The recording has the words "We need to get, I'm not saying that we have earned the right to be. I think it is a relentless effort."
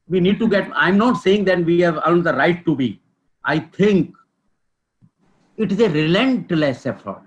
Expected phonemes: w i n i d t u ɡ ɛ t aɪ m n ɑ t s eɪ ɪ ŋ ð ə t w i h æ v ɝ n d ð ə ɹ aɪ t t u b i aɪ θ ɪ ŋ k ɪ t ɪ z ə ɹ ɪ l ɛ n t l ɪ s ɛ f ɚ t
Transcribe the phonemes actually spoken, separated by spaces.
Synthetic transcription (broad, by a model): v i n i d t u ɡ ɛ t aɪ m n ɑ t s eɪ ɪ ŋ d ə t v i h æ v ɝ l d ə ɹ aɪ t t u b i aɪ t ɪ ŋ k ɪ t ɪ z ə ɹ ɪ l ɛ n t l ɪ s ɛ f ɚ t